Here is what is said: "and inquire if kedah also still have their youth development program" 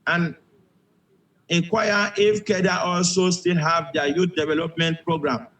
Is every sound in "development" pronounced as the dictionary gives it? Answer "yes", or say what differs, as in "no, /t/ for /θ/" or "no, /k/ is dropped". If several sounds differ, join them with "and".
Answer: yes